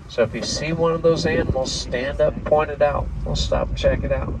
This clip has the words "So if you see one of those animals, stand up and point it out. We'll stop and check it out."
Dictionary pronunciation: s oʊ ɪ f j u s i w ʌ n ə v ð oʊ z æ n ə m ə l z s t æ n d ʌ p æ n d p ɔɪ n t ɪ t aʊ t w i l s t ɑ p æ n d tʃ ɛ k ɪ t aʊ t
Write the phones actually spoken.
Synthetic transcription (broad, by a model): s oʊ ɪ f j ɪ s i w ʌ n ə v ð oʊ z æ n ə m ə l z s t æ n d ʌ p p ɔɪ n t ɪ t aʊ t w i l s t ɑ p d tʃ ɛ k ɪ t aʊ t